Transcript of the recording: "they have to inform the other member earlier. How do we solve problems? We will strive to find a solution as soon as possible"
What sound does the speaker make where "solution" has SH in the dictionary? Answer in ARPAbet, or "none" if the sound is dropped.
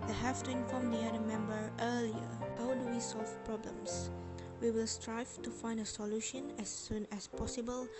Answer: SH